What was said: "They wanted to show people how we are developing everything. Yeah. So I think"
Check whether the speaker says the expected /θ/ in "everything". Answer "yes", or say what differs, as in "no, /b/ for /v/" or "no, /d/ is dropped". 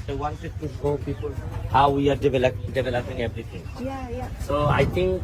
no, /t/ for /θ/